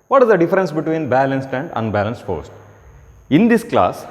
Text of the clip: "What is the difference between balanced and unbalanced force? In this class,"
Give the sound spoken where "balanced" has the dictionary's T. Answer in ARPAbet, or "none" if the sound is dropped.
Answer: T